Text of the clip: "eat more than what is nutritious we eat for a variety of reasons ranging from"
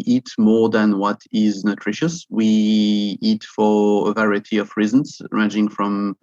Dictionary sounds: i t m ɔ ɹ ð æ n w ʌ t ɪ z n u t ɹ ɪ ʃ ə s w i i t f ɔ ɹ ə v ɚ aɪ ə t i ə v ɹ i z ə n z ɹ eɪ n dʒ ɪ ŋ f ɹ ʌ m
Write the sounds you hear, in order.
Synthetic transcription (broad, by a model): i t m ɔ ɹ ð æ n w ʌ t ɪ z n u t ɹ ɪ ʃ ə s w i i t f ɔ ɹ ə v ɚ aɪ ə t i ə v ɹ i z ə n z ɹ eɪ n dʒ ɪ ŋ f ɹ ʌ m